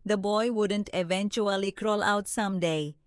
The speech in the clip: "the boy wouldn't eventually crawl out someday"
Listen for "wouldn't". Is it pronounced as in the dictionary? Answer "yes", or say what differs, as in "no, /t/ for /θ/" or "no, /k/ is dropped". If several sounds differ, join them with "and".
yes